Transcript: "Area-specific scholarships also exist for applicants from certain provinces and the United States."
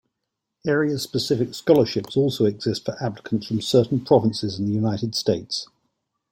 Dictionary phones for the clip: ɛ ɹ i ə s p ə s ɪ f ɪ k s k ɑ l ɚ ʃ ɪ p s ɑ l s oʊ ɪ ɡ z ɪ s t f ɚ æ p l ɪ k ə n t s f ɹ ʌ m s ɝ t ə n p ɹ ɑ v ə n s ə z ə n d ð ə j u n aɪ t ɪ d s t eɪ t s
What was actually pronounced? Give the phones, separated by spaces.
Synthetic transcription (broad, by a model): ɛ ɹ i ə s p ə s ɪ f ɪ k s k ɑ l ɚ ʃ ɪ p s ɑ l s oʊ ɪ ɡ z ɪ s t f ɚ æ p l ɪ k ə n t s f ɹ ʌ m s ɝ t n p ɹ ɑ v ə n s ə z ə n ð ə j u n aɪ t ɪ d s t eɪ t s